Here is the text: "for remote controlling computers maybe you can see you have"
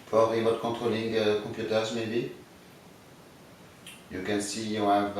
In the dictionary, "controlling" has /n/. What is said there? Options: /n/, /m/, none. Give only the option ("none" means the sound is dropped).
none